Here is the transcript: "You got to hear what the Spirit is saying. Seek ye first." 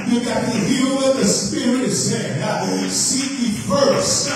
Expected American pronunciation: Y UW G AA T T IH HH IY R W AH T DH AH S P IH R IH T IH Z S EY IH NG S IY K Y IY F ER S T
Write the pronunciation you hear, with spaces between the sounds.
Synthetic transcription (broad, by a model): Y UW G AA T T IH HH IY L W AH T DH AH S P IH R IH T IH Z S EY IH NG S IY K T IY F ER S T